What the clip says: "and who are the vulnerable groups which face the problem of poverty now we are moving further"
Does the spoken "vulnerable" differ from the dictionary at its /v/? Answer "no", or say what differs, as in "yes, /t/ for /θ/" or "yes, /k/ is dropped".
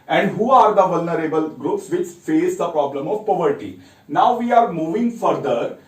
no